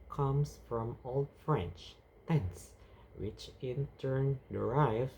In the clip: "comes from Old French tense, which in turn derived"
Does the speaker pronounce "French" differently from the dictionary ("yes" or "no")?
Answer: no